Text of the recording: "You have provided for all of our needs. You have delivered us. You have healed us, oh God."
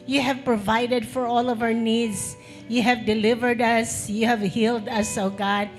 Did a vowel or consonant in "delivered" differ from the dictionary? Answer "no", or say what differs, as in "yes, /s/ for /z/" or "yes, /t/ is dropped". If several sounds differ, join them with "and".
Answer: no